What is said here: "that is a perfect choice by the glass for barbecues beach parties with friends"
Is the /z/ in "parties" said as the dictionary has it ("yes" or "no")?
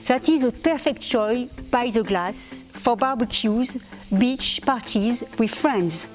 yes